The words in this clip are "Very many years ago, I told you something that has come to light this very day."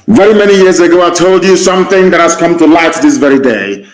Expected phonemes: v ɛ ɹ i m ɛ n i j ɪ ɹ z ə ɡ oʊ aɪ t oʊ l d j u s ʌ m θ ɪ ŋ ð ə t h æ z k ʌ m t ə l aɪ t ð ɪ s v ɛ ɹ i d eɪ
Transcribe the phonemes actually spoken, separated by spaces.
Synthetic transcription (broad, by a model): v ɛ ɹ i m ɛ n i j ɪ ɹ z ə ɡ oʊ aɪ t oʊ l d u s ʌ m θ ɪ ŋ ð ə t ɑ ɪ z k ʌ m t ə l aɪ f ð ɪ s v ɛ ɹ i d eɪ